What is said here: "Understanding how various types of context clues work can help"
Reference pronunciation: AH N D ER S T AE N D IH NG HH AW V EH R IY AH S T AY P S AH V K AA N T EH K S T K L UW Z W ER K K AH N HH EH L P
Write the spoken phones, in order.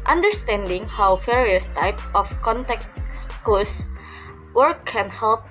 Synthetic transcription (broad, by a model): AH N D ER S T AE N D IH NG HH AW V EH R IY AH S T AY P AH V K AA N T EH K S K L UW S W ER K K AH N HH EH L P